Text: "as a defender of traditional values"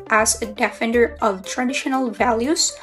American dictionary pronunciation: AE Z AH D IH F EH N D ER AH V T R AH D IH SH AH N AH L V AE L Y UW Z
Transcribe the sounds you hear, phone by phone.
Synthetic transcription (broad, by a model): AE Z AH D IH F EH N D ER AH V T R AH D IH SH AH N AH L V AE L Y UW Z